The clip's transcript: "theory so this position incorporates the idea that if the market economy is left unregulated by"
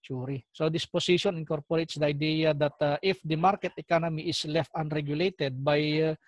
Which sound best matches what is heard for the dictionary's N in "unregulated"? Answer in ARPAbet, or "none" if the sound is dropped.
N